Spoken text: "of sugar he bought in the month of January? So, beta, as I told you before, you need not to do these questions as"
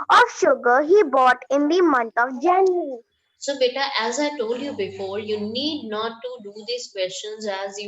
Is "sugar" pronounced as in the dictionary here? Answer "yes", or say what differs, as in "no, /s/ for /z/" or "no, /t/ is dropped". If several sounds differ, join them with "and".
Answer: yes